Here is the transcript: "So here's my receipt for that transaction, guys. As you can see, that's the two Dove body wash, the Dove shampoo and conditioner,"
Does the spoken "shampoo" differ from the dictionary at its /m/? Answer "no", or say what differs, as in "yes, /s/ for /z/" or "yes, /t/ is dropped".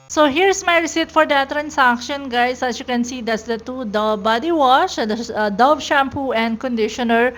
no